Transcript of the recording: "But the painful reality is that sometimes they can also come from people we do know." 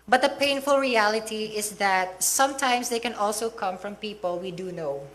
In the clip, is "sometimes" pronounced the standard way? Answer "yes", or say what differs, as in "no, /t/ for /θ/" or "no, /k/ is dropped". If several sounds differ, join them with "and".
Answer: no, /s/ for /z/